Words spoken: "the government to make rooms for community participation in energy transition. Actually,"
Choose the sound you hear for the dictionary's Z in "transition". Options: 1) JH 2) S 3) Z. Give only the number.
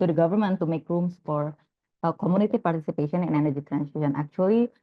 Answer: 2